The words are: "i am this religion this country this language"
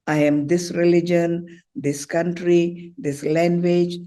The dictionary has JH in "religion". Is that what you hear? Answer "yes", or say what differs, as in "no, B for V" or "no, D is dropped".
yes